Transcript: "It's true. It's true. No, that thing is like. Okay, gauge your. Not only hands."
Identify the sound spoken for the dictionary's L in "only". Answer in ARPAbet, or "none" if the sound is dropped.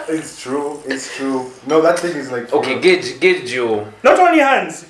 none